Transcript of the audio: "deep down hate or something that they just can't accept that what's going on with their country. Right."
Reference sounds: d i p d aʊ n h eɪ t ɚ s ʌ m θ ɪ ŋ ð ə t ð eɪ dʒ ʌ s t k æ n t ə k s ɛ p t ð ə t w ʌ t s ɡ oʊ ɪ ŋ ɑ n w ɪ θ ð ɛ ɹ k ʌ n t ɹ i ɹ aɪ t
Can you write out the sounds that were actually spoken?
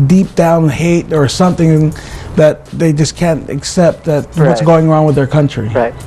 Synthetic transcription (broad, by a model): d i p d aʊ n h eɪ t ɚ s ʌ m θ ɪ ŋ ð ə t ð eɪ dʒ ʌ s k æ n t ə k s ɛ p t ð ə t w ʌ t s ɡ oʊ ɪ ŋ ɑ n w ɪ ð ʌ ɹ k ʌ n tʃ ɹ i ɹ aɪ